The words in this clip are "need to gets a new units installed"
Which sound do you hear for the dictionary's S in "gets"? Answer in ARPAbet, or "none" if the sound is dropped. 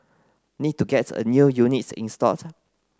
none